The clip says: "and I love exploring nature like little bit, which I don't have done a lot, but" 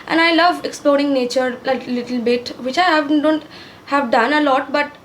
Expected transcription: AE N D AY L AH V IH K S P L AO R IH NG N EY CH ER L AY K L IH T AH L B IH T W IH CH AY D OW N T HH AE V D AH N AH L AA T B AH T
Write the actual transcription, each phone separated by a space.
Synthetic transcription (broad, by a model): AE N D AY L AH V IH K S P L AO R IH NG N EY CH ER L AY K L IH T AH L B IH T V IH CH AY D OW N T HH AE V D AH N AH L AA T B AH T